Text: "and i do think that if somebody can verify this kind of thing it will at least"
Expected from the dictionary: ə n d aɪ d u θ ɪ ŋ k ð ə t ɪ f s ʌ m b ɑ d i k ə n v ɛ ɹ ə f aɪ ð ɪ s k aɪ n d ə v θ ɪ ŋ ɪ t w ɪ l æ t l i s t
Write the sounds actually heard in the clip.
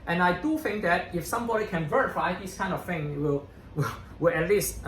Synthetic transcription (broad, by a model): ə n aɪ d u θ ɪ ŋ k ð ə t ɪ f s ʌ m b ɑ d i k ə n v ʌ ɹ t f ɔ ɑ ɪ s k aɪ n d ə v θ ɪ ŋ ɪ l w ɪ w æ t l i s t